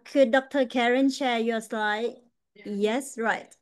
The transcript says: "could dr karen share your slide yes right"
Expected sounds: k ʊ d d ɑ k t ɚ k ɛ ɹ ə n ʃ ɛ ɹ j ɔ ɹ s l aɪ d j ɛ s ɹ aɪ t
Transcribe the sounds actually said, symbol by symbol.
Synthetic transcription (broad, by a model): k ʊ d d ɑ k t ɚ k ɛ ɹ ə n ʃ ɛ j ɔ s l aɪ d j ɛ s ɹ aɪ t